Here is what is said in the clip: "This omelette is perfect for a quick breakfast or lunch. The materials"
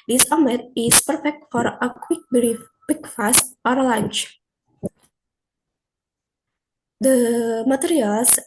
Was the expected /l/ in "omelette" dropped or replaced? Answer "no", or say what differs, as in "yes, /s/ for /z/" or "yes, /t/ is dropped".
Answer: yes, /l/ is dropped